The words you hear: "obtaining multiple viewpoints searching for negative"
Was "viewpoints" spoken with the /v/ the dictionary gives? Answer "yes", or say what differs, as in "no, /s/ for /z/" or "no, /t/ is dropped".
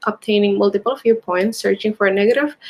no, /f/ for /v/